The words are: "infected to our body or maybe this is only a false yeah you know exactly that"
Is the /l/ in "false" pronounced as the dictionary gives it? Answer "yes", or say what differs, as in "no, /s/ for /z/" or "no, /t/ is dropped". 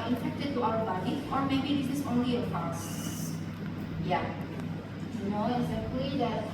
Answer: no, /l/ is dropped